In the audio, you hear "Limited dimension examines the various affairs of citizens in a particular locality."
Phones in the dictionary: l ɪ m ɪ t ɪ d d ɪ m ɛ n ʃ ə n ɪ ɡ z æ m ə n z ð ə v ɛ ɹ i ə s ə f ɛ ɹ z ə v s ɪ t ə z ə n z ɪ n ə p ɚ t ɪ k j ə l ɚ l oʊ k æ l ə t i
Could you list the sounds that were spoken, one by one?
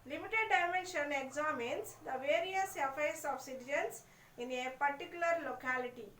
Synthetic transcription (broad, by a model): l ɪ m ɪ t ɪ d d ɪ m ɛ n ʃ ə n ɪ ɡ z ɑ m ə n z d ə v ɛ ɹ i ə s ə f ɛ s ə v s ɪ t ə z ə n s ɪ n ə p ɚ t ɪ k j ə l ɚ l oʊ k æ l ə t i